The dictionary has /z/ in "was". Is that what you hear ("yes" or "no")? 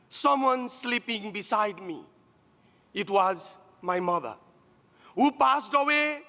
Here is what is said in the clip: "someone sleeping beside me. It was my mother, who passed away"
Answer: yes